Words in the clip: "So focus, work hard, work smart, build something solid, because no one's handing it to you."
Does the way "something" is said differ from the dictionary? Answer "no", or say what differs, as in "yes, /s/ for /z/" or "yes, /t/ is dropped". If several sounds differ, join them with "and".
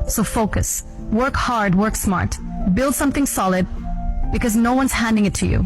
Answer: no